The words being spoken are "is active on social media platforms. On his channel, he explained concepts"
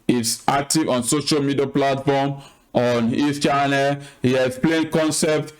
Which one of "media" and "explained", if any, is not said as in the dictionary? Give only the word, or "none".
explained